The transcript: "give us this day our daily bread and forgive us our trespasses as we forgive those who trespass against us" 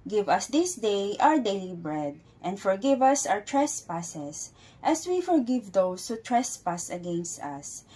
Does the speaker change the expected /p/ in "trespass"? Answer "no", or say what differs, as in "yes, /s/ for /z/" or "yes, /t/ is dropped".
no